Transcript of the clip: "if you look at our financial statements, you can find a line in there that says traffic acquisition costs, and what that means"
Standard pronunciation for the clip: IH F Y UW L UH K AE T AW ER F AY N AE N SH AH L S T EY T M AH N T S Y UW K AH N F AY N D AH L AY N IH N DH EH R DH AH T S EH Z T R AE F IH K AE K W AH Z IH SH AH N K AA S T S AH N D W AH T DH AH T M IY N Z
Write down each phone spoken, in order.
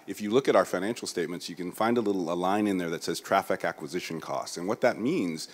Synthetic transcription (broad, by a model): IH F Y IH L UH K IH T AW ER F AY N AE N SH L S T EY T M AH N T S Y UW K AH N F AY N D AH L AY N IH N DH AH R DH AH T S EH Z T R AE F IH K AE K W AH Z IH SH AH N K AA S T S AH N W AH T DH AH T M IY N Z